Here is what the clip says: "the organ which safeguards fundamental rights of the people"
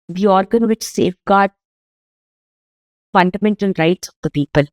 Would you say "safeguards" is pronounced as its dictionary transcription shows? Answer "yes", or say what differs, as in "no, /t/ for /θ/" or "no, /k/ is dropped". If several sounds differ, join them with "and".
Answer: no, /z/ is dropped